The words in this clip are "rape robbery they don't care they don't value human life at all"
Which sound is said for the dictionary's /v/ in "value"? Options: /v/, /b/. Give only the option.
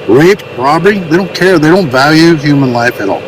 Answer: /v/